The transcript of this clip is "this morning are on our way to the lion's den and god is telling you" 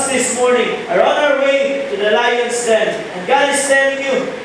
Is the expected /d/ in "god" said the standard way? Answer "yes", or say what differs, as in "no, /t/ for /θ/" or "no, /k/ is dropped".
no, /d/ is dropped